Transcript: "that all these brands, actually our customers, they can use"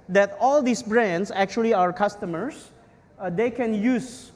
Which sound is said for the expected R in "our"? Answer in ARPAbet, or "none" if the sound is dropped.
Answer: R